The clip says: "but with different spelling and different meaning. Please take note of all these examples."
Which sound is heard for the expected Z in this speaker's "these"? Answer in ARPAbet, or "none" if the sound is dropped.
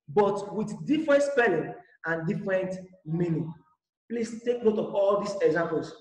S